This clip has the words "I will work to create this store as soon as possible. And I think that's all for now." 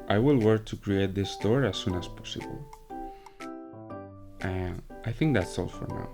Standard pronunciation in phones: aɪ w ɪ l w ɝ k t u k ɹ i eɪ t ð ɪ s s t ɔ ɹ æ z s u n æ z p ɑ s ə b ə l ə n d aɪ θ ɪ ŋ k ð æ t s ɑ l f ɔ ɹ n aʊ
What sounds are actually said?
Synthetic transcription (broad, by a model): aɪ w ɪ l w ɝ k t u k ɹ i eɪ t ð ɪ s s t ɔ ɹ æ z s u n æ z p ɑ s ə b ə l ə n aɪ θ ɪ ŋ k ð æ t s ɑ l f ɔ ɹ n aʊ